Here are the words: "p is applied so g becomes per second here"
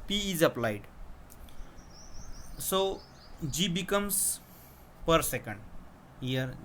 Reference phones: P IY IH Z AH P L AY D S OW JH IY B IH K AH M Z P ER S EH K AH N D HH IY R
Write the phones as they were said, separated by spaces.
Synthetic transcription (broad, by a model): P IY IH Z AH P L AY D S OW JH IY B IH K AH M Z P ER S EH K AH N D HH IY R